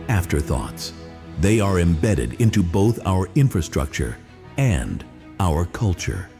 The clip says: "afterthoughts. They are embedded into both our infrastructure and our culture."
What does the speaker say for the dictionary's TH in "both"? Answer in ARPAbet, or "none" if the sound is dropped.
TH